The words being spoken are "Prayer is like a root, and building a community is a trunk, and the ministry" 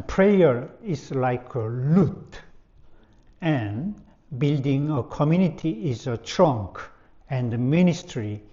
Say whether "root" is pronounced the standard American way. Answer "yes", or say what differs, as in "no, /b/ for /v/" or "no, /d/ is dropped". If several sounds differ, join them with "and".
no, /l/ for /ɹ/